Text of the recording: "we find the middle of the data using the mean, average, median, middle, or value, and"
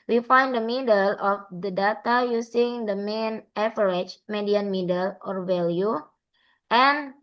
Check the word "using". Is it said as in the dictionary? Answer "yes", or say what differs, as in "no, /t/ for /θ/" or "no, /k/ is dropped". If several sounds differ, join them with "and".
no, /s/ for /z/